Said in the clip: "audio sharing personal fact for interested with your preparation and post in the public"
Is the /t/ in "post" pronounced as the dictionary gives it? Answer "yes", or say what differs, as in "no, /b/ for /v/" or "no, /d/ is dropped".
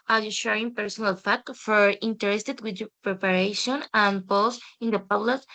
no, /t/ is dropped